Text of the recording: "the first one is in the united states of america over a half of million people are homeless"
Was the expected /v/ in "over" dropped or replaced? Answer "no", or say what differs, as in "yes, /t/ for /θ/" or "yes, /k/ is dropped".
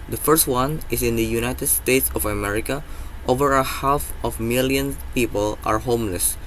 no